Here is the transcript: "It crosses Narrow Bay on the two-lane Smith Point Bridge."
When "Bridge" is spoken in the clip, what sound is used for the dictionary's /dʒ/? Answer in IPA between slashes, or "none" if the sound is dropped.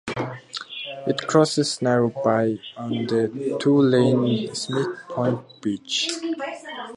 /tʃ/